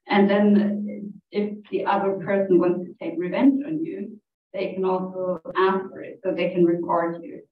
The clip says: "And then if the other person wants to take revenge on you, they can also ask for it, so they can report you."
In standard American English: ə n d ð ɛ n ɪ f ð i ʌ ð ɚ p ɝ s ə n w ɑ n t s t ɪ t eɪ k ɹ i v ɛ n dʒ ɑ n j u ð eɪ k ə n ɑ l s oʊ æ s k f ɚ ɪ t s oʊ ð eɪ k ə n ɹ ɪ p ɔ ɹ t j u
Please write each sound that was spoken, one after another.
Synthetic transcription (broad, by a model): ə n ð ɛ n ɪ f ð i ʌ ð ɚ p ɝ s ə n w ɑ n t s t ɪ t eɪ k ɹ i v ɛ n dʒ n j u ð eɪ k ə n ɑ l s oʊ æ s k f ɚ ɪ t s oʊ ð eɪ k ə n ɹ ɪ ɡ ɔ ɹ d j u